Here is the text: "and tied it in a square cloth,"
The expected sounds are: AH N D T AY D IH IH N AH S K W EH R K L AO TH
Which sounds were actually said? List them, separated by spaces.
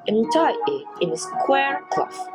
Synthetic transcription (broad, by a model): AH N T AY IH IH N AH S K W EH R K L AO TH